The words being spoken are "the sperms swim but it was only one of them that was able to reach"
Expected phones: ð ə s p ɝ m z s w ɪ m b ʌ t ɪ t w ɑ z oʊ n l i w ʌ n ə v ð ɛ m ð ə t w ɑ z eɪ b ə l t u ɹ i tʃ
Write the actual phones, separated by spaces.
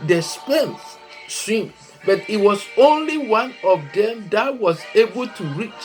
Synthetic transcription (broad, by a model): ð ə s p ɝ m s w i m b ʌ t ɪ t w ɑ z oʊ n l i w ʌ n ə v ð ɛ m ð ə t w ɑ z eɪ b ə l t u ɹ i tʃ